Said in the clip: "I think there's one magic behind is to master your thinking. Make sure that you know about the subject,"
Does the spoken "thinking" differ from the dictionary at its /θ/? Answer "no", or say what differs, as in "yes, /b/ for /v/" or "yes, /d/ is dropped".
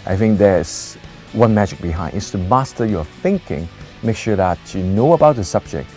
no